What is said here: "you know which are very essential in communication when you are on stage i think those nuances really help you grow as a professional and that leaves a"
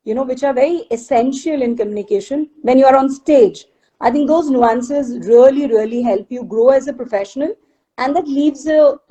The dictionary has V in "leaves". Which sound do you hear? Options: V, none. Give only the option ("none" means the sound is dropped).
V